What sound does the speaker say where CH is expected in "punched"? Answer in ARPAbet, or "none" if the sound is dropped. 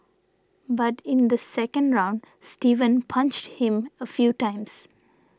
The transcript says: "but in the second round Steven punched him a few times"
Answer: CH